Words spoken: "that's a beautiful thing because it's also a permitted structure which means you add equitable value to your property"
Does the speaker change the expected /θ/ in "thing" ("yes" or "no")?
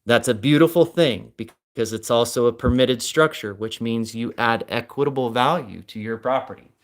no